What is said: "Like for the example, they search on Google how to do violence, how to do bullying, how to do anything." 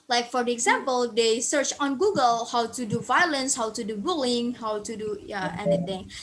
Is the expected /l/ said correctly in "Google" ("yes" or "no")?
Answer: yes